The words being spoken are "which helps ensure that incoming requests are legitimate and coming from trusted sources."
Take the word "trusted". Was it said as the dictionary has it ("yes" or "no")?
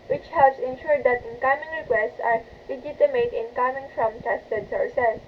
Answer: no